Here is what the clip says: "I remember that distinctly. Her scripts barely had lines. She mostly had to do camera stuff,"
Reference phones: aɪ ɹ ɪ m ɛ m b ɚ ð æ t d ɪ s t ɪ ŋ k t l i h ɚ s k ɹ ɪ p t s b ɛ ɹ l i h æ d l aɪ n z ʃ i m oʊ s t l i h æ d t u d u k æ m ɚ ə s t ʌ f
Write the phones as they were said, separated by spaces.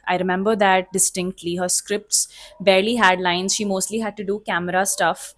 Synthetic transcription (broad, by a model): aɪ ɹ ɪ m ɛ m b ɚ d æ t d ɪ s t ɪ ŋ k t l i h ɚ s k ɹ ɪ p t s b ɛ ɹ l i h æ d l aɪ n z ʃ i m oʊ s t l i h æ d t u d u k æ m ɚ ə s t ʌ f